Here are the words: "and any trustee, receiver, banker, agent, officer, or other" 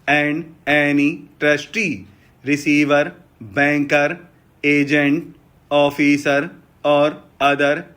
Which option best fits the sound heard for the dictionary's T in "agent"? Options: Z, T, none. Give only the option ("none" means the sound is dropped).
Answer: T